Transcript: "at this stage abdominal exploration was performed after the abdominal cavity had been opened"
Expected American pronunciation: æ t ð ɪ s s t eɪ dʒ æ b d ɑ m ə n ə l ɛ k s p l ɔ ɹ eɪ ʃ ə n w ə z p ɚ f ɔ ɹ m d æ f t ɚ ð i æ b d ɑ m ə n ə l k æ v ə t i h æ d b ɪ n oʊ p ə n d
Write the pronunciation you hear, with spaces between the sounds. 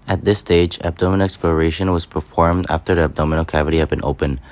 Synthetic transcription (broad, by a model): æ t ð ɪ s s t eɪ dʒ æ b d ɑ m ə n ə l ɛ k s p l ɔ ɹ eɪ ʃ ə n w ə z p ɚ f ɔ ɹ m d æ f t ɚ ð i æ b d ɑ m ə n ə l k æ v ə t i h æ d b ɪ n oʊ p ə n